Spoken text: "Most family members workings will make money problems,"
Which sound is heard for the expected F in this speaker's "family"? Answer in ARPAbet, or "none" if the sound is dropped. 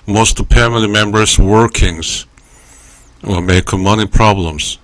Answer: P